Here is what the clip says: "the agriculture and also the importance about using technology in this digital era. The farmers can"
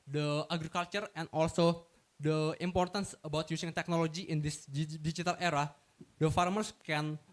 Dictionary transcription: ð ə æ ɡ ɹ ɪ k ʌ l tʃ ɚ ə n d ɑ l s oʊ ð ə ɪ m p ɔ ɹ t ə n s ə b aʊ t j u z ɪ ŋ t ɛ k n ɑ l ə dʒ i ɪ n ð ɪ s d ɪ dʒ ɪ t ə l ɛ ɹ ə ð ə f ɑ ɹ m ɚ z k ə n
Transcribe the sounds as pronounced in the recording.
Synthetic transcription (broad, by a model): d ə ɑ ɡ ɹ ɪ k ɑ l tʃ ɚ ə n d ɑ l s oʊ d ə ɪ m p ɔ ɹ t ə n s ə b aʊ t j u s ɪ ŋ t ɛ k n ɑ l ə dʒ i ɪ n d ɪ s d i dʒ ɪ t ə l ɛ ɹ ə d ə f ɑ ɹ m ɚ s k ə n